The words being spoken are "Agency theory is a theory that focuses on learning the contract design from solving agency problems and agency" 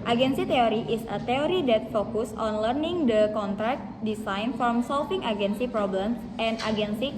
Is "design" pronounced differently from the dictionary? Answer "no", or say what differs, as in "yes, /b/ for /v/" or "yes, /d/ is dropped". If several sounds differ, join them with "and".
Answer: yes, /s/ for /z/